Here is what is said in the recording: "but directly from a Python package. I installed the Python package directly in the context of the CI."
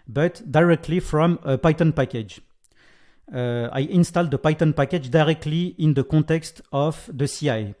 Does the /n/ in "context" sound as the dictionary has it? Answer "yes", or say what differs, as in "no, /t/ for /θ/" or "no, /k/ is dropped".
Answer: no, /n/ is dropped